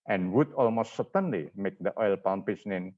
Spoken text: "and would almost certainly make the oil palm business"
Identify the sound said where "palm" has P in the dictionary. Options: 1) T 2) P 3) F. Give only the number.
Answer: 2